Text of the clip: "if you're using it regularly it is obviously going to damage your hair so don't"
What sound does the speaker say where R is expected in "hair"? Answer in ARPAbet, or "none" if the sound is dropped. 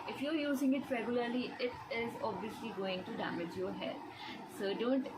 L